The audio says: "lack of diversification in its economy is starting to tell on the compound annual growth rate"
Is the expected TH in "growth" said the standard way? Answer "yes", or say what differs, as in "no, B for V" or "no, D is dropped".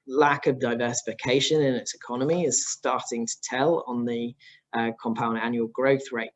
yes